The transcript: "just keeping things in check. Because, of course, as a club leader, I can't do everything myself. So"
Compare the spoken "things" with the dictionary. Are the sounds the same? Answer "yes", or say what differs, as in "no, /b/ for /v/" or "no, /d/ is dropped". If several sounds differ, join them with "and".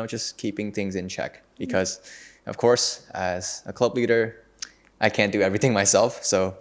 yes